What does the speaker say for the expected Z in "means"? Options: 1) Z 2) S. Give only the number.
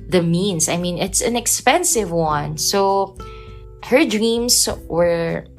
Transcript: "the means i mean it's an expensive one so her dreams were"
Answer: 2